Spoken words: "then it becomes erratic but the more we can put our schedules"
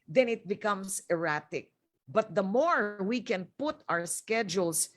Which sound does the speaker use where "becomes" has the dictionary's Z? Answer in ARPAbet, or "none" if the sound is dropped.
S